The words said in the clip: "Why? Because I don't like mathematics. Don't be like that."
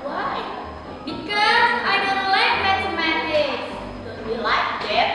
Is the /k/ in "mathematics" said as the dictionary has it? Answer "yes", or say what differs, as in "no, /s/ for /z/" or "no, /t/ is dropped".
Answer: no, /k/ is dropped